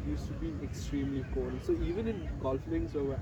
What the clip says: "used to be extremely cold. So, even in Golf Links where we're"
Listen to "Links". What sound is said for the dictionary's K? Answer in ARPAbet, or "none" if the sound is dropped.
none